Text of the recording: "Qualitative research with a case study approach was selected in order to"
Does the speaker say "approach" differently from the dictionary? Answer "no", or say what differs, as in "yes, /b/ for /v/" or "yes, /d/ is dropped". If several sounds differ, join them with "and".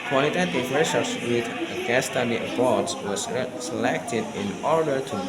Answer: yes, /b/ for /p/ and /s/ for /tʃ/